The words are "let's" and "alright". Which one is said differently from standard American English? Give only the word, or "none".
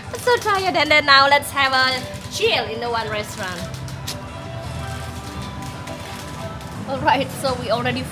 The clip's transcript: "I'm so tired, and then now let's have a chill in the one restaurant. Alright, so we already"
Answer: none